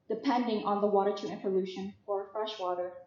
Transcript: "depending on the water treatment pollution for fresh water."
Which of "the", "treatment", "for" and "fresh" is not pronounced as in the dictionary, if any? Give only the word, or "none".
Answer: treatment